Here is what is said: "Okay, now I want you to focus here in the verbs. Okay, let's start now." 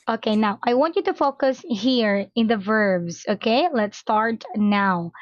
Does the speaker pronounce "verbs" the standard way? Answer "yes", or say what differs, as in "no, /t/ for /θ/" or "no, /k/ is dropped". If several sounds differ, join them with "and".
yes